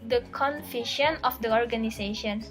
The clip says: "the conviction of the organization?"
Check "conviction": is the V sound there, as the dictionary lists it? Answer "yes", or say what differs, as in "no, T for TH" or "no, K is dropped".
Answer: no, F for V